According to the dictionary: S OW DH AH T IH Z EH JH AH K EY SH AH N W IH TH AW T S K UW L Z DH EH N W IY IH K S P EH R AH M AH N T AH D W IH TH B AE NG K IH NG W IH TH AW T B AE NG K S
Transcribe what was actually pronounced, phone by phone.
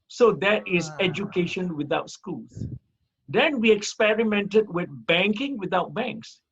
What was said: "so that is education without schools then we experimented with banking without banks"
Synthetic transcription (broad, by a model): S OW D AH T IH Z EH JH AH K EY SH AH N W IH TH AW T S K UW Z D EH N W IY IH K S P EH R AH M AH N T AH D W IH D B AE NG K IH NG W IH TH AW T B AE NG K S